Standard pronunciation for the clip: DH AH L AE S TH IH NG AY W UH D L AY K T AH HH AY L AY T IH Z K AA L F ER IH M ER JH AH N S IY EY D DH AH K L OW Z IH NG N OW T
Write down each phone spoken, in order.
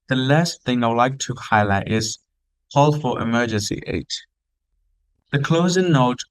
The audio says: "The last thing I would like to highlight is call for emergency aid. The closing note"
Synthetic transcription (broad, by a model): DH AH L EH S TH IH NG AY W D L AY K T AH HH AY L AY T IH Z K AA L F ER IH M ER JH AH N S IY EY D DH AH K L OW Z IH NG N OW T